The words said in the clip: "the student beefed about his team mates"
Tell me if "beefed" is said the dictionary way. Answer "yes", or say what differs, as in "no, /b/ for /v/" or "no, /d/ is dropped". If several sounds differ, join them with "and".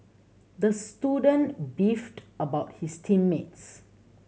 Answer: yes